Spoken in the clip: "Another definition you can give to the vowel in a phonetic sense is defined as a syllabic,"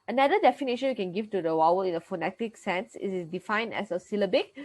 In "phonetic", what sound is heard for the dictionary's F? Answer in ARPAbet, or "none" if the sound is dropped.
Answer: F